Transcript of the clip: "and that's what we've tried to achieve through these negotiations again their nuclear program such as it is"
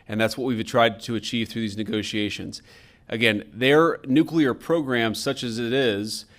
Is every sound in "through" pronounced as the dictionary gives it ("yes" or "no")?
yes